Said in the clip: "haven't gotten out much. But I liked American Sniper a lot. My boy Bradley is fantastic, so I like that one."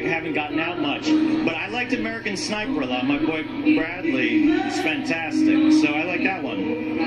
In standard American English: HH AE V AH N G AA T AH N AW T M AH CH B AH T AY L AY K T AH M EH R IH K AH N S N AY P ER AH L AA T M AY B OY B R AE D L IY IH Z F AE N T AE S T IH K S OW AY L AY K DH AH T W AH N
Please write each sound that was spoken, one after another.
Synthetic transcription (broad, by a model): HH AE V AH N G AA T N AW T M AH CH B AH T AY L AY K T AH M EH R IH K AH N S N AY P ER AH L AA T M AY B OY B R AE D L IY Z F AE N T AE S T IH K S OW AY L AY K DH AH T W AH N